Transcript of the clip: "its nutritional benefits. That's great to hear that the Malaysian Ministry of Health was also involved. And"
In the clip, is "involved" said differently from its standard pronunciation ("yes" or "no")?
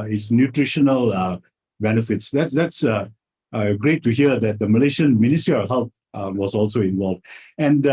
no